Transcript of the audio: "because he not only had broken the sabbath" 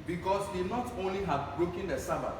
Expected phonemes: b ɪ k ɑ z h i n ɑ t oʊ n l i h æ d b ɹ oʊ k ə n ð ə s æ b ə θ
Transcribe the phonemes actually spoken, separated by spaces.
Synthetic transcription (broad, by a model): b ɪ k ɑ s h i n ɑ t oʊ n l i h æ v b ɹ oʊ k ə n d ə s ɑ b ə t